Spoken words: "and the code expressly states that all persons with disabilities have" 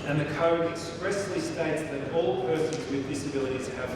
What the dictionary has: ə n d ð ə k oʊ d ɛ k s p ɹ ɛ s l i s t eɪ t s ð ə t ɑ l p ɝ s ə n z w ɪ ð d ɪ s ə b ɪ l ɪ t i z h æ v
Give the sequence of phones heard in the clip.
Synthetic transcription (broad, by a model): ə n ð ə k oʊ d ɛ k s p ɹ ɛ s l i s t eɪ t s ð ə t ɑ l p ɝ s ə n z w ɪ ð d ɪ s ə b ɪ l ɪ t i z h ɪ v